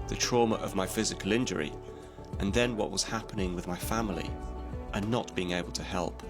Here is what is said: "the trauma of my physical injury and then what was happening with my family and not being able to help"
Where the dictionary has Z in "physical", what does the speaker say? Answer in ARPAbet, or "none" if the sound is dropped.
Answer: Z